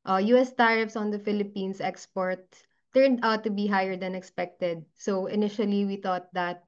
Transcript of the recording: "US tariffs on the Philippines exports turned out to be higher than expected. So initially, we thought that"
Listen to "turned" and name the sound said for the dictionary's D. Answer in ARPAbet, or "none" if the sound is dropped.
D